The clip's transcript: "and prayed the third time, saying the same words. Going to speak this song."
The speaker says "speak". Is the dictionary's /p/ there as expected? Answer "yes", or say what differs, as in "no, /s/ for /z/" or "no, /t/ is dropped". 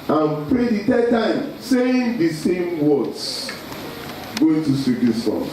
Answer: no, /p/ is dropped